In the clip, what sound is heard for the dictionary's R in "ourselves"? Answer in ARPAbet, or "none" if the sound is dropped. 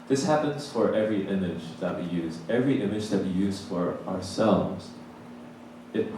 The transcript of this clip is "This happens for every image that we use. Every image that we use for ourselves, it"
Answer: R